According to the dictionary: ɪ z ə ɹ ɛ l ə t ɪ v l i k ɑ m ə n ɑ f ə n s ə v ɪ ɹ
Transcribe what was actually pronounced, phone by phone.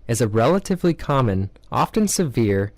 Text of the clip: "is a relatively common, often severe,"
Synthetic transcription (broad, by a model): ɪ z ə ɹ ɛ l ə t ɪ v l i k ɑ m ə n ɑ f ə n s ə v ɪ ɹ